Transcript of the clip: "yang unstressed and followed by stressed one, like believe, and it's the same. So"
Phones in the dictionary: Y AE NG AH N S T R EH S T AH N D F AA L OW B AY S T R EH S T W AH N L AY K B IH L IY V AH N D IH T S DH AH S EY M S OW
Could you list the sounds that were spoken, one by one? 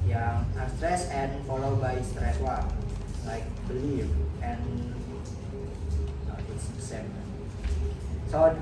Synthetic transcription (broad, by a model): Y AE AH S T R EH S AH N F AA L OW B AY S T R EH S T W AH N L AY K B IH L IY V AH N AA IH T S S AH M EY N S OW